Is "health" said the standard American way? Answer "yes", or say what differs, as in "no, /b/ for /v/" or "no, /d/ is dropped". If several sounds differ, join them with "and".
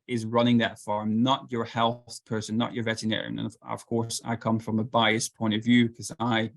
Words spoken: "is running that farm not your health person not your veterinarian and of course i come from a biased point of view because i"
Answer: yes